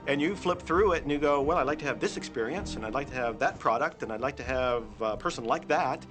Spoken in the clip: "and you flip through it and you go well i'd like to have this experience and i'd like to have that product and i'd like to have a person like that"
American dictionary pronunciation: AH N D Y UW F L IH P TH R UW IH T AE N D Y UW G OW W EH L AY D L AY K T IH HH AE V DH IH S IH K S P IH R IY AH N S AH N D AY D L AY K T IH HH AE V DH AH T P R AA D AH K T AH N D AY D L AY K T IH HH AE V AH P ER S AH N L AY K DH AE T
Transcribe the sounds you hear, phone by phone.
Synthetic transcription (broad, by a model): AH N Y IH F L IH P TH R UW IH T N Y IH G OW W EH L AY D L AY K T IH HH V DH IH S IH K S P IH R IY AH N S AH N AY D L AY K T IH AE V DH AH T P R AA D AH K T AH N AY D L AY K T IH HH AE V AH P ER S AH N L AY K DH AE T